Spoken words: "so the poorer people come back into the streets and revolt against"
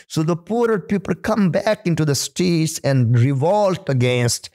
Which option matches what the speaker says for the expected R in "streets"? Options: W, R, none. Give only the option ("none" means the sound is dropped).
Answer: none